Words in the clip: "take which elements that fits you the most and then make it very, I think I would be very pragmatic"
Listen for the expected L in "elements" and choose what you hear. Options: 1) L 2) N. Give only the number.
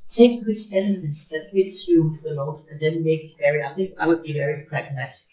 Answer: 2